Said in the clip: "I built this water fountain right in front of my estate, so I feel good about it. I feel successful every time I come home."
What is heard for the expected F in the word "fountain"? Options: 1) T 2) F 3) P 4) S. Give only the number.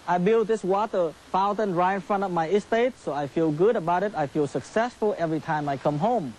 2